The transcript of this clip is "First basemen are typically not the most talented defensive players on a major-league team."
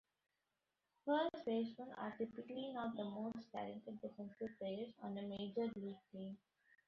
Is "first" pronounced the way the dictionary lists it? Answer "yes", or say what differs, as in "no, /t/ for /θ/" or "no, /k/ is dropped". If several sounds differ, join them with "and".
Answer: no, /s/ is dropped